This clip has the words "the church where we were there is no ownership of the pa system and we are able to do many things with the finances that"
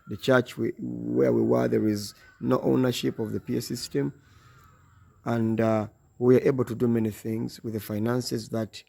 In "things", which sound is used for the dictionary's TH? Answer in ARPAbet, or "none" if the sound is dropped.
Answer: TH